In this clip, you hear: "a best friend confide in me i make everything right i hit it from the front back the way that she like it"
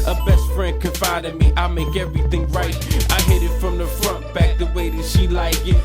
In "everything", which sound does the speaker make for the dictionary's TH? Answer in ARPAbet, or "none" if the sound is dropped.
TH